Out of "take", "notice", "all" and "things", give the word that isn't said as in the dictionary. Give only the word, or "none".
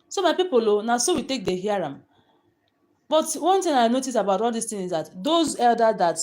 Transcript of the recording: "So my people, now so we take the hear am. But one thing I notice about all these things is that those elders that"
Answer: things